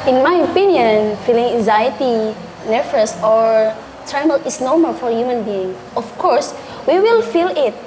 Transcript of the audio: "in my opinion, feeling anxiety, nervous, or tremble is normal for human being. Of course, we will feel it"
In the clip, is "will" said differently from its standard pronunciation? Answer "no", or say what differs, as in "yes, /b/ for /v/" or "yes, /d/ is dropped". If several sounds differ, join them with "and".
no